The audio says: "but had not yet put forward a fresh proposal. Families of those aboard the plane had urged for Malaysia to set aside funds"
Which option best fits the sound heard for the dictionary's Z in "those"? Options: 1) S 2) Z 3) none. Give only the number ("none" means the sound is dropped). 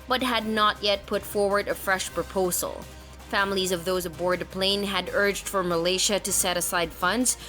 2